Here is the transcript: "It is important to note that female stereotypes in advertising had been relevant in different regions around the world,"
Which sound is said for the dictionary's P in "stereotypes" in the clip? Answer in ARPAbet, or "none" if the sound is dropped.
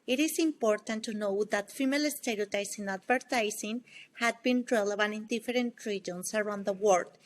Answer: none